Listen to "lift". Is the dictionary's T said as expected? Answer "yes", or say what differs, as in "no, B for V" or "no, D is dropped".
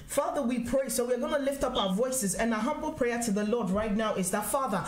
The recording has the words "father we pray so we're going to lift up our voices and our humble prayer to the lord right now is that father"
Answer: yes